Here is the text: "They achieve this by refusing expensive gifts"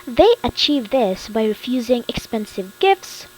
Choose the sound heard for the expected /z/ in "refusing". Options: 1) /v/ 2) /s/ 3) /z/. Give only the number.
3